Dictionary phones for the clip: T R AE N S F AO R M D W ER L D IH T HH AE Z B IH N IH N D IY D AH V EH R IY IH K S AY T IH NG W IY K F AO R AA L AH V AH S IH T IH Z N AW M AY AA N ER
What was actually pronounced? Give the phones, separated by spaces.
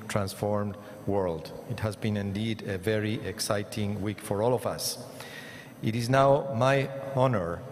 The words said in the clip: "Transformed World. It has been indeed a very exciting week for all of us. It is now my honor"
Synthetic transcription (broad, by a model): T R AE N S F AO R M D W ER L D IH T HH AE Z B IH N IH N D IY D AH V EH R IY IH K S AY T IH NG W IY K F AO R AA L AH V AH S IH T IH Z N AW M AY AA N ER